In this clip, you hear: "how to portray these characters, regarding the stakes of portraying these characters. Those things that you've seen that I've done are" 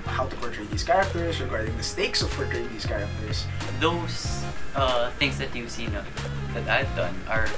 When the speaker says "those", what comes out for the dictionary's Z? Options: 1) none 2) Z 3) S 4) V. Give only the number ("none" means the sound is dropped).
3